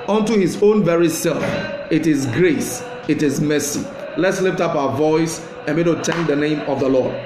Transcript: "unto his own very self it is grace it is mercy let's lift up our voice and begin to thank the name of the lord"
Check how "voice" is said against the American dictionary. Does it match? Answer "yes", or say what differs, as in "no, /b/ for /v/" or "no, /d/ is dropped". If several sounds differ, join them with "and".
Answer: yes